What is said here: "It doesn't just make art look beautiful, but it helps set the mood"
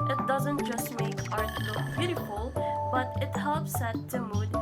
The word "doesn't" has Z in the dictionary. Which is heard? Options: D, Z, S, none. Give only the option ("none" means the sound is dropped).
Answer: Z